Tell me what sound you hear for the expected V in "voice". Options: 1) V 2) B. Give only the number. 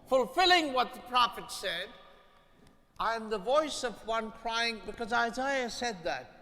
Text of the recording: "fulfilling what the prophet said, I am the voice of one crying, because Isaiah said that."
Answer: 1